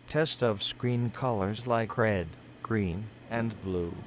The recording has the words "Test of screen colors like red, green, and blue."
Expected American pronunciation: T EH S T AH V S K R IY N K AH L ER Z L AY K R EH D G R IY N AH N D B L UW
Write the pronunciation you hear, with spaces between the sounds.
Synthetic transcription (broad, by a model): T EH S T AH V S K R IY N K AH L ER Z L AY K R EH D G R IY N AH N B L UW